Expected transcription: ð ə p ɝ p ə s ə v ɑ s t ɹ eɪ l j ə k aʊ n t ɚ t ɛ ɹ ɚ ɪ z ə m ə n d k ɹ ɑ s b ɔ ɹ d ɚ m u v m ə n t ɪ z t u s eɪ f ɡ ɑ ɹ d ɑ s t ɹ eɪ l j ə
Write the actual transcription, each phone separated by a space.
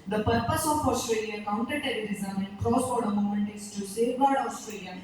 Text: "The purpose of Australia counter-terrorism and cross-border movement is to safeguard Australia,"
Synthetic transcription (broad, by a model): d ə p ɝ p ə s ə f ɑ s t ɹ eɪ l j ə k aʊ n t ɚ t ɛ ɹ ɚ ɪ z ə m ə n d k ɹ ɑ s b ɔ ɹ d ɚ m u m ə n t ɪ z t u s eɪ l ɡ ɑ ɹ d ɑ s t ɹ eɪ l j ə